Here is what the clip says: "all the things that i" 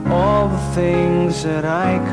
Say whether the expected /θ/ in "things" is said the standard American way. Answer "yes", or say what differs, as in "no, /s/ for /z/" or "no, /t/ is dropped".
yes